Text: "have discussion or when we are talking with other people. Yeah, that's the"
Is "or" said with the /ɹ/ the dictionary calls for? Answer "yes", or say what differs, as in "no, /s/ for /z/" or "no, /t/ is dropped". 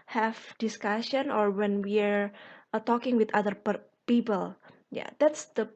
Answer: yes